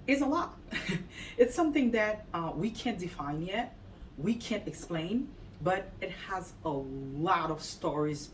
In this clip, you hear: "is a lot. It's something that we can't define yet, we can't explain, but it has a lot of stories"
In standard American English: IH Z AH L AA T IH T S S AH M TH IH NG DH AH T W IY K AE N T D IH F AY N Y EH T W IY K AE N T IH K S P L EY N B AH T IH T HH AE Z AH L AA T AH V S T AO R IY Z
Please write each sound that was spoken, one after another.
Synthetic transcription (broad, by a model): IH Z AH L AA T IH T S S AH M TH IH NG DH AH T W IY K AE N D IH F AY N Y EH T W IY K AE N T IH K S P L EY N B AH T IH T HH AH Z AH L AA T AH V S T AO R IY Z